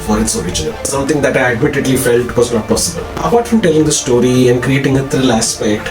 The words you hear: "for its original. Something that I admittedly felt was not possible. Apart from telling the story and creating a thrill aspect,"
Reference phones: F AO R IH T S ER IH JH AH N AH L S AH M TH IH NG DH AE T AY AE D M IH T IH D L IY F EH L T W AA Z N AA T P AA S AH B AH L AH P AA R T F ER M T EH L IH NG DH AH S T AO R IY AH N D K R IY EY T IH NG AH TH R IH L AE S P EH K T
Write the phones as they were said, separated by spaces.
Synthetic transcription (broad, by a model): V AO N IH T S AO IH JH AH N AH L S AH M T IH NG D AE T AY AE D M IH T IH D L IY F EH L T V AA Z N AA T P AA S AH B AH L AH B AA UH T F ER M T EH L IH NG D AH S T AO R IY AH N D K R IY EY T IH NG AH T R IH L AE S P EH K T